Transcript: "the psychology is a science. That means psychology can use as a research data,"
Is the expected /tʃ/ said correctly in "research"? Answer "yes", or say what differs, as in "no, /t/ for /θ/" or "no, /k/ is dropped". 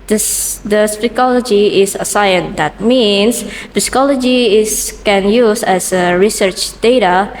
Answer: yes